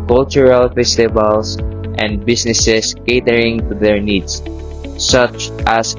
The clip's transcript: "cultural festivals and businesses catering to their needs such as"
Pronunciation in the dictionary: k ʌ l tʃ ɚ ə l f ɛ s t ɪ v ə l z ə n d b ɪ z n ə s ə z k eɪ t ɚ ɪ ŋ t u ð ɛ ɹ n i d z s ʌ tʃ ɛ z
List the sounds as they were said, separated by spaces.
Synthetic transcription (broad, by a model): k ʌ l tʃ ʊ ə l f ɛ s t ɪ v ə l s ə n d b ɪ s n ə s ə s k eɪ t ɚ ɪ ŋ t u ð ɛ ɹ n i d s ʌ tʃ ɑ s